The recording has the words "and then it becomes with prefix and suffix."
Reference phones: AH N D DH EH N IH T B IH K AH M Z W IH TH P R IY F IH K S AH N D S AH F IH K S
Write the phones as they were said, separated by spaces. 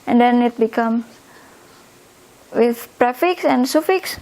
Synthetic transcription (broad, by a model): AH N D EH N IH T B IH K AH M W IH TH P R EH F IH K S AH N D S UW F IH K S